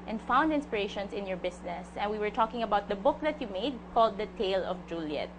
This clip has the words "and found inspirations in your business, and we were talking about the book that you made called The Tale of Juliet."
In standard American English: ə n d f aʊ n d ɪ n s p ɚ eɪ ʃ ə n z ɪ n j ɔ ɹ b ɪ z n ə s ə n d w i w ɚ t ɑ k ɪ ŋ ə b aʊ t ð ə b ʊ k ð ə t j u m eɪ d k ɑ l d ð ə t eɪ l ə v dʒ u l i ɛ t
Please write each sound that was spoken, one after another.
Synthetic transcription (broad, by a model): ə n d f aʊ n d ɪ n s p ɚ eɪ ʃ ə n s ɪ n j ɔ ɹ b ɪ s n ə s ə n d w i w ɚ t ɑ k ɪ ŋ ə b aʊ t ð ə b ʊ k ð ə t j u m eɪ d k ɑ l d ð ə t eɪ l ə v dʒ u l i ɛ t